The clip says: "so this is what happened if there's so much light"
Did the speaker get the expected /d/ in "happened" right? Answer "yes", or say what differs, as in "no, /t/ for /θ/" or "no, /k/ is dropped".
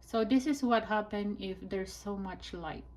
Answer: no, /d/ is dropped